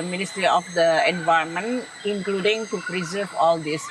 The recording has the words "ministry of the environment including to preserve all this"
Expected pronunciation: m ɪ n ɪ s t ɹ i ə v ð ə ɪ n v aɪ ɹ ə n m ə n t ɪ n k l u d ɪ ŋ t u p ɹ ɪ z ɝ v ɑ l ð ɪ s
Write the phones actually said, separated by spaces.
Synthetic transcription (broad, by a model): m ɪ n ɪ s t ɹ i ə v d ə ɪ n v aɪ ə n m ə n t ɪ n k l u d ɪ ŋ t u p ɹ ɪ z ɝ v ɑ l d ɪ s